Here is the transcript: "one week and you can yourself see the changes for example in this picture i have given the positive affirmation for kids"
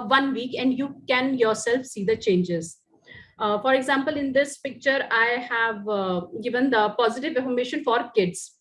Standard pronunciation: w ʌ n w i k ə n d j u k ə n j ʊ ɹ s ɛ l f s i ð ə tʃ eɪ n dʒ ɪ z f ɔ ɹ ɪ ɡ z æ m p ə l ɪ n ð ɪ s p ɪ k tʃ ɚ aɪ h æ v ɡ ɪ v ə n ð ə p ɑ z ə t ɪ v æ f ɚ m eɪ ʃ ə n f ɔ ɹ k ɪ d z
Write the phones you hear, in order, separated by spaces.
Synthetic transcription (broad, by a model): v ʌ n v i k ə n d j u k ə n j ʊ ɹ s ɛ l f s i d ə tʃ eɪ n dʒ ɪ z f ɔ ɹ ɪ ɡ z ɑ m p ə l ɪ n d ɪ s p ɪ k tʃ ɚ aɪ h æ v ɡ ɪ v ə n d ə p ɑ z ə t ɪ v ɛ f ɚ m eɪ ʃ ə n f ɔ ɹ k ɪ d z